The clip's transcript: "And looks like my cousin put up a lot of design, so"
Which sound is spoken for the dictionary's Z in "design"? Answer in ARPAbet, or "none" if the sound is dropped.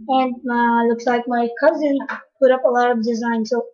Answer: Z